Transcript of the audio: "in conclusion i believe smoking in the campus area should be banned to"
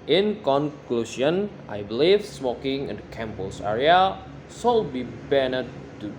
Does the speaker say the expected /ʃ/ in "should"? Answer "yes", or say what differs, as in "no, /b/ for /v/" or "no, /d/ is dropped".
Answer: no, /s/ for /ʃ/